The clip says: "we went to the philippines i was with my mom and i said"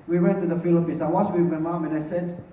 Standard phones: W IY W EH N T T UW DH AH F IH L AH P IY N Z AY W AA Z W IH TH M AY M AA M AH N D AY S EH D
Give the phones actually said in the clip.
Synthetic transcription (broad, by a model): W IY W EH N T T UW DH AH F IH L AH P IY N S AY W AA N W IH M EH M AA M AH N AY S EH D